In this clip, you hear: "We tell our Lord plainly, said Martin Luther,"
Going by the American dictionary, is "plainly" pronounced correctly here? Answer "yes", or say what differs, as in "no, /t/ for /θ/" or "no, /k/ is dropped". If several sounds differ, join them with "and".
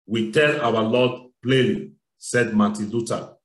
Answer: no, /n/ is dropped